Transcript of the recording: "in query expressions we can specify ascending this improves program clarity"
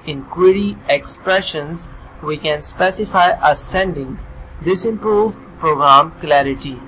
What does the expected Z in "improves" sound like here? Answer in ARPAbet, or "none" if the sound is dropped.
none